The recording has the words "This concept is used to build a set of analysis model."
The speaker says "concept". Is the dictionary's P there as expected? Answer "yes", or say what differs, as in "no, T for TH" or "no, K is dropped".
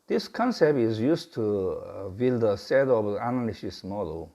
yes